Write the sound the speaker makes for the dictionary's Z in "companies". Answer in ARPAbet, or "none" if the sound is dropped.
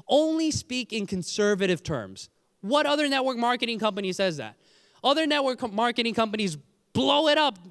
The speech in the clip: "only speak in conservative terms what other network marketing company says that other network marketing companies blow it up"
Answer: Z